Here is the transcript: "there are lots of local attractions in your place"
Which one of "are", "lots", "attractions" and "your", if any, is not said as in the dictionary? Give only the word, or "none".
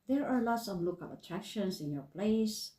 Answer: attractions